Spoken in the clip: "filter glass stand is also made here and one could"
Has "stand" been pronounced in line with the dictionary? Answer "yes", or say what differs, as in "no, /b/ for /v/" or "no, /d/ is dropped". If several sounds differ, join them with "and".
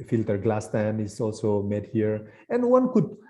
no, /d/ is dropped